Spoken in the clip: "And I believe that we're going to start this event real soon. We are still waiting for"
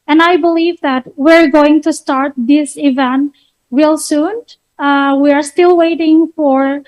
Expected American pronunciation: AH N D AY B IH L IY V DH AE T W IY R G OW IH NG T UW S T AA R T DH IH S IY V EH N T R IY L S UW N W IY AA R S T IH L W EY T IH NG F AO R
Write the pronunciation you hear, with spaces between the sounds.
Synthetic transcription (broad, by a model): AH N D AY B IH L IY V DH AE T W IY R G OW IH NG T UW S T AA R T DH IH S IY V EH N T W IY L S UW N W IY AA R S T IH L W EY T IH NG F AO R